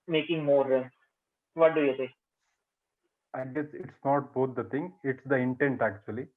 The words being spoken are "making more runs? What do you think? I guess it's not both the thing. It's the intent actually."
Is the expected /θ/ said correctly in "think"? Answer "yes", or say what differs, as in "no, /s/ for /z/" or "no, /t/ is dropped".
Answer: no, /s/ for /θ/